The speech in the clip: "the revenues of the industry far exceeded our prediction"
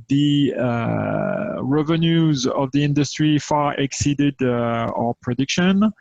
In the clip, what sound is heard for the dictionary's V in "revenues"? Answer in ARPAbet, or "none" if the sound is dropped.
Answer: V